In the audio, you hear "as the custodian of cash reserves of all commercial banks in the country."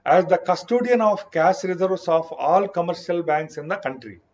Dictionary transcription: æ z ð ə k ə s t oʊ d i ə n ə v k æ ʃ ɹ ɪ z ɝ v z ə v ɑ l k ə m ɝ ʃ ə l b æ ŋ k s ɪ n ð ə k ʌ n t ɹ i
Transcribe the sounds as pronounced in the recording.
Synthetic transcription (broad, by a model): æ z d ə k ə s t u d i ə n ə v k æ s ɹ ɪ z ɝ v s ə f ɑ l k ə m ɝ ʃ ə l b æ ŋ k s ɪ n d ə k ʌ n t ɹ i